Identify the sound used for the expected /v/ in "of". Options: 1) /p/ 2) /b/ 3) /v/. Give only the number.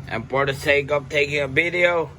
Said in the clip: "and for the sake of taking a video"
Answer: 1